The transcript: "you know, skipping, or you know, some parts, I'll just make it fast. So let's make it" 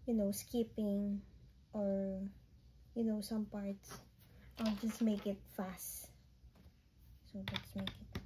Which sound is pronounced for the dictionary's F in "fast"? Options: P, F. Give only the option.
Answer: F